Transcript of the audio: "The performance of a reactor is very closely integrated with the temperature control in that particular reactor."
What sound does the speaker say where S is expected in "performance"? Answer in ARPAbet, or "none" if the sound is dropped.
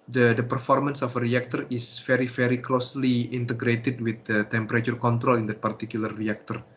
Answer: S